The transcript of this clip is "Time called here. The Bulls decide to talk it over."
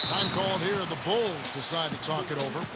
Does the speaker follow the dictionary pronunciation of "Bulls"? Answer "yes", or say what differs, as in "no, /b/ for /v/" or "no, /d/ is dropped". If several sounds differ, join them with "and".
yes